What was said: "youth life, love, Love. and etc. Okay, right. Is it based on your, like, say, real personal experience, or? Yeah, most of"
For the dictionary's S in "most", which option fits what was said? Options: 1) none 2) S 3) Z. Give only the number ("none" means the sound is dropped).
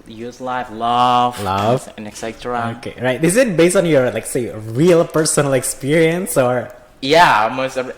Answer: 1